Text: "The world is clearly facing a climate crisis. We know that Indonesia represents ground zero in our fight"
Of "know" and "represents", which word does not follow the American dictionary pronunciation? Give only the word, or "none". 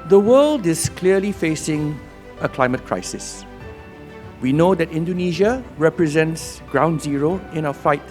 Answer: none